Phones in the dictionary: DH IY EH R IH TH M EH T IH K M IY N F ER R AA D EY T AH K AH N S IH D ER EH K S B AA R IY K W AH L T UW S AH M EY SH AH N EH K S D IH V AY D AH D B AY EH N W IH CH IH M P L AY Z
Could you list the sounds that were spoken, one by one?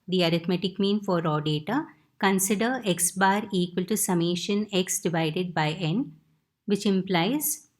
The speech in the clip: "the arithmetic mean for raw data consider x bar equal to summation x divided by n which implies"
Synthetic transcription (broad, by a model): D IY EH R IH T M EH T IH K M IY N F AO R AA D EY T AH K AH N S IH D ER EH K S B AA R IY K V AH L T UW S AH M EY SH AH N EH K S D IH V AY D AH D B AY EH N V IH CH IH M P L AY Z